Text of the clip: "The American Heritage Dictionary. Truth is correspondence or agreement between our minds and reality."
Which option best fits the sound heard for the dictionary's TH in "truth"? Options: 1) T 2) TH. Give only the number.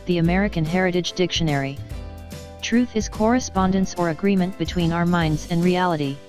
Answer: 2